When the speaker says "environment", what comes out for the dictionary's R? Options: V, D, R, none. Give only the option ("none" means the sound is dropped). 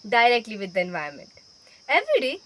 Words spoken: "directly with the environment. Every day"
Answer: none